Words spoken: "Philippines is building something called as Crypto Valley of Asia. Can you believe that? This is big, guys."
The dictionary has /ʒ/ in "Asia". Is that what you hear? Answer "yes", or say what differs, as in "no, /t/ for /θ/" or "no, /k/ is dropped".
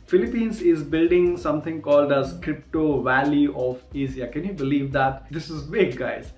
no, /z/ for /ʒ/